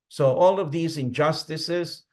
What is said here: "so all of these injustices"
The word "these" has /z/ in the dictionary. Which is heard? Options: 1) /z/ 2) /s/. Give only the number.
1